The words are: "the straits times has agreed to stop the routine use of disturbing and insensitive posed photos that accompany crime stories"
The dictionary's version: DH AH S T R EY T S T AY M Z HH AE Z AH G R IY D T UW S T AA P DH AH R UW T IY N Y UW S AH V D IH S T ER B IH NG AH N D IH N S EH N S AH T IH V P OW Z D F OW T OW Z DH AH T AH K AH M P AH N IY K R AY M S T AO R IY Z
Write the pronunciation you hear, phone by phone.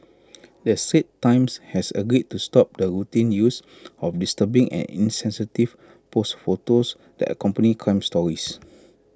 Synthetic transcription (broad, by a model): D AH S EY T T AY M S HH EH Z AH G R IY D T UW S T AA P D AH R UW T IY N Y UW S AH F D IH S T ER B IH NG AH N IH N S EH N S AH T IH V P OW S F OW T OW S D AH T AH K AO M P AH N IY K AY M S T AO R IY S